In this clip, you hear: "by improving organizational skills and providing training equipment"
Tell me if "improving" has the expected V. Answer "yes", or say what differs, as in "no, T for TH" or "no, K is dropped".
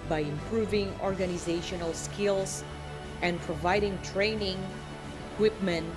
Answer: yes